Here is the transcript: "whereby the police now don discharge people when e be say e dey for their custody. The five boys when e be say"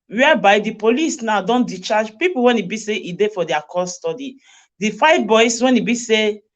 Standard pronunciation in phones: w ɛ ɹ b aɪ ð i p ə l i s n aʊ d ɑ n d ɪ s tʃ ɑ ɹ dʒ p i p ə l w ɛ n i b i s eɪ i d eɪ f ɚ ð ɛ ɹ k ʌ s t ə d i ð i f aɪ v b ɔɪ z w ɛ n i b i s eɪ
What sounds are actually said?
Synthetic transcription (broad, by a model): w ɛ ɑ b aɪ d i p ə l i s n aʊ d ɑ n d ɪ tʃ ɑ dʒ p i p ə l w ɛ n i b i s eɪ i d eɪ f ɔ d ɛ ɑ k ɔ s t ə d i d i f aɪ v b ɔɪ s w ɛ n i b i s eɪ